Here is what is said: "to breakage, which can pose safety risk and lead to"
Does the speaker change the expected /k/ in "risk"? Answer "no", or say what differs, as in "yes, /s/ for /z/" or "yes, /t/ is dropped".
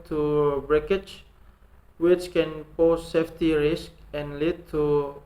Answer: no